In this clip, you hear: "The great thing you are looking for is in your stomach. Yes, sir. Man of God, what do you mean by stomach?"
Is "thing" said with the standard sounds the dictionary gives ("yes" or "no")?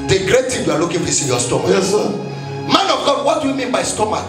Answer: no